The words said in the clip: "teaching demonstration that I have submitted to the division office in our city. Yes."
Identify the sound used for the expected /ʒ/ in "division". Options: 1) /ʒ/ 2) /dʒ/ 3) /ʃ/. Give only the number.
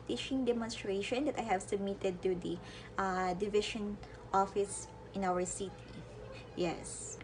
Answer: 3